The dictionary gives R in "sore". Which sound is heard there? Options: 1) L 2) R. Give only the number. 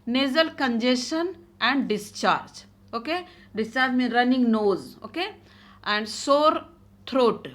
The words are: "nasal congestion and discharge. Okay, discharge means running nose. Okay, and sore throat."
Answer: 2